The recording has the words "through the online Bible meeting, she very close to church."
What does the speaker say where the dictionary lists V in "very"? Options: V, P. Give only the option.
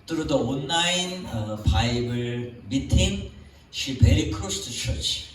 P